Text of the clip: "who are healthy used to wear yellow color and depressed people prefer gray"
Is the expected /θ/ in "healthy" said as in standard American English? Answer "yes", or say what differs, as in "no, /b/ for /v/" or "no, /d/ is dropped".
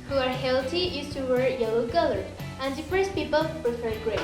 no, /t/ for /θ/